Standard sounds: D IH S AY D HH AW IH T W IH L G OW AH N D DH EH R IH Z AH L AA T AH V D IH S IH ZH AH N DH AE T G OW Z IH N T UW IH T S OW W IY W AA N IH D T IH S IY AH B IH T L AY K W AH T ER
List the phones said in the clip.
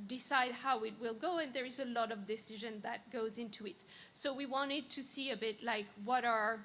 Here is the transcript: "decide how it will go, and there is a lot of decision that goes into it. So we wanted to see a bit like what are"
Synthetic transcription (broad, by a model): D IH S AY D HH AW IH T W IH L G OW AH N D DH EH R IH Z AH L AA T AH V D IH S IH ZH AH N DH AE T G OW Z IH N T UW IH T S OW W IY W AA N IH D T IH S IY AH B IH T L AY K W AH T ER